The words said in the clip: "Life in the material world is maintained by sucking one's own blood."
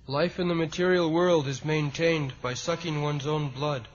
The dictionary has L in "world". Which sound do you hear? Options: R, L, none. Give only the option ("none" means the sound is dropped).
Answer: L